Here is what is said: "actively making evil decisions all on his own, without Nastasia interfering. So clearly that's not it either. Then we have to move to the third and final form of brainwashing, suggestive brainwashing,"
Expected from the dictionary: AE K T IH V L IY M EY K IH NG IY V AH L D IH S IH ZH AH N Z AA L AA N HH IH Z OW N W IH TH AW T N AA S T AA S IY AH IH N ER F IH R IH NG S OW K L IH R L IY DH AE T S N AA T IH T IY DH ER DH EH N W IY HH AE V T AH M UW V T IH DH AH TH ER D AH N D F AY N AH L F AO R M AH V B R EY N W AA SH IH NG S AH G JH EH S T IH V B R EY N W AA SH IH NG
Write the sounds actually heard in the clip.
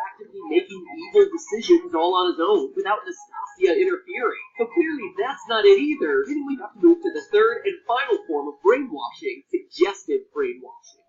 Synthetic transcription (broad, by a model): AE K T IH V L IY M EY K IH NG IY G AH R D IH S IH ZH AH N Z AA L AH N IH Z OW N W IH TH AW T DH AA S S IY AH IH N ER F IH R IH NG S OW K L IH R L IY DH AE T S N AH T IH T IY DH ER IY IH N W IY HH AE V T AH M UW V T IH DH AH TH ER D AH N F AY N L F AO R M AH V B R EY N W AA SH IH NG S AH G JH EH S T IH V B R EY N W AA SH IH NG